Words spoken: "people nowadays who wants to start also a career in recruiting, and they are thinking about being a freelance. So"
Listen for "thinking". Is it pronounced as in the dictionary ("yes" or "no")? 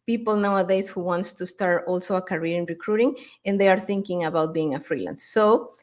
yes